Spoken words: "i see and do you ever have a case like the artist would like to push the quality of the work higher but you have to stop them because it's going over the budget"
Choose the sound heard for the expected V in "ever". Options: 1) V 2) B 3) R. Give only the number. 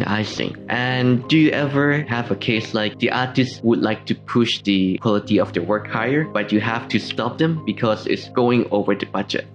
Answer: 1